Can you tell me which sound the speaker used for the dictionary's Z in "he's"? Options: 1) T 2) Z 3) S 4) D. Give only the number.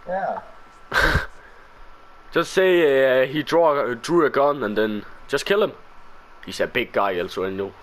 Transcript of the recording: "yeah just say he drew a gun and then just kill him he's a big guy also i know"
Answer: 3